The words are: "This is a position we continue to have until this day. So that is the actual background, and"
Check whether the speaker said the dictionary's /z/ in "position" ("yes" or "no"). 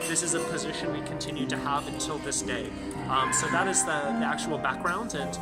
yes